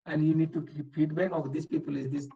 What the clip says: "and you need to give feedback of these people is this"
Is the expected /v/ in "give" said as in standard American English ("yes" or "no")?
no